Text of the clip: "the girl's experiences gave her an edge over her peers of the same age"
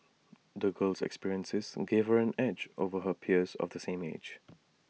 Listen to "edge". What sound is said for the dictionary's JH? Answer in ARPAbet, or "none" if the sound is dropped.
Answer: JH